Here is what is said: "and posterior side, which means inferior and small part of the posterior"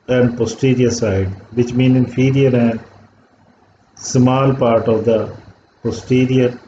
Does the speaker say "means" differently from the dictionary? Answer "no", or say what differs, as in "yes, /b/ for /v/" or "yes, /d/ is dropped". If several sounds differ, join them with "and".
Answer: yes, /z/ is dropped